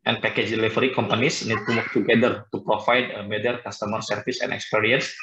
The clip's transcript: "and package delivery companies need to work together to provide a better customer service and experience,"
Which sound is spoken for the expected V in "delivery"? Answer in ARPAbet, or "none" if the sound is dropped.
F